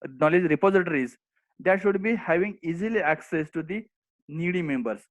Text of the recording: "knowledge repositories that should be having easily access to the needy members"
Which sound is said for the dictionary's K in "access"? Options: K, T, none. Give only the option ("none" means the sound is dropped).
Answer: K